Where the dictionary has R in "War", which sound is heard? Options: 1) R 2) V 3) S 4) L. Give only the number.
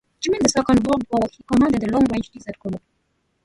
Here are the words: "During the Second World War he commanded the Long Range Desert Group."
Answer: 4